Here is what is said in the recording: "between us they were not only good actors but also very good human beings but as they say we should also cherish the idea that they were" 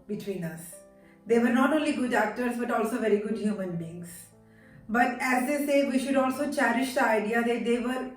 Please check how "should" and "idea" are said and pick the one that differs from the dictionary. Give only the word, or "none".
none